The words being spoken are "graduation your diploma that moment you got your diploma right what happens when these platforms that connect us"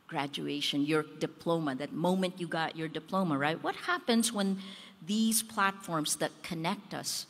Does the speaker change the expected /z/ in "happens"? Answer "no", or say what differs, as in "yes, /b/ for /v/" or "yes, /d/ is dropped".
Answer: no